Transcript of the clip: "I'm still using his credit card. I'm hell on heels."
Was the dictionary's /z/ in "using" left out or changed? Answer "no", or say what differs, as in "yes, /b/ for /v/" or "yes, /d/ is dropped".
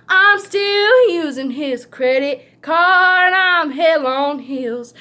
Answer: no